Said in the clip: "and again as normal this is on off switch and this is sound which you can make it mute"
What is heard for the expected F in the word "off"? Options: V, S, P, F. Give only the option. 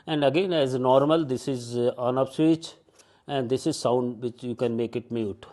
P